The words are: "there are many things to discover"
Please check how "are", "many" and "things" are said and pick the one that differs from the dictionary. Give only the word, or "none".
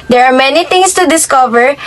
things